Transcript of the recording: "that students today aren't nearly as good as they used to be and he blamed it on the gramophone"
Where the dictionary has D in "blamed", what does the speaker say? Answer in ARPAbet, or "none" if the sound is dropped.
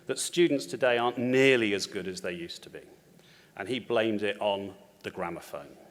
D